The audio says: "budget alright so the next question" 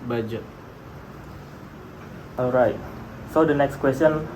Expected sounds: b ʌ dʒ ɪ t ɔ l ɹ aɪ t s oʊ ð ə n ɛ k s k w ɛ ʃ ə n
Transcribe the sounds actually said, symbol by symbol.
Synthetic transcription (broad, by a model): b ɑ dʒ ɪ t ɔ l ɹ aɪ t s oʊ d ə n ɛ k s k w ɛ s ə n